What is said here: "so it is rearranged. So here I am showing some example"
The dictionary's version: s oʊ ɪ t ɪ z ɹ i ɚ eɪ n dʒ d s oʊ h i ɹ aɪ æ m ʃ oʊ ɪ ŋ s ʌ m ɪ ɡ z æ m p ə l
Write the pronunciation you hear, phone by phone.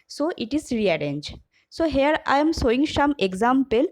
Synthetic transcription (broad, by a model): s oʊ ɪ t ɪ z ɹ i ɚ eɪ n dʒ s oʊ h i ɹ aɪ m s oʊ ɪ ŋ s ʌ m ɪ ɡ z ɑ m p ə l